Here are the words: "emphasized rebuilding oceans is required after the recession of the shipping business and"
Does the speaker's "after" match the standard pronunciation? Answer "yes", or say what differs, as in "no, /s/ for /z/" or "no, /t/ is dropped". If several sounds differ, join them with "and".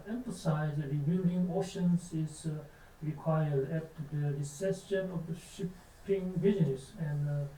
no, /f/ is dropped